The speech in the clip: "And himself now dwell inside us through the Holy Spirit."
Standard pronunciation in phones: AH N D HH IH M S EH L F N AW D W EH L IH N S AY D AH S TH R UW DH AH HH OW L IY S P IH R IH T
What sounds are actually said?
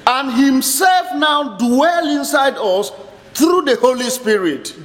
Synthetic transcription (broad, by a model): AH N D HH IH M S EH L F N AW D W EH L IH N S AY D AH S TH R UW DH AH HH OW L IY S P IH R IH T